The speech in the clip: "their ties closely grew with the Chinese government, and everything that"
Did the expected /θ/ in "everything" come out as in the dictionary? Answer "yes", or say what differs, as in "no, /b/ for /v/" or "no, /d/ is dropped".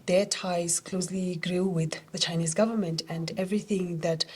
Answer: yes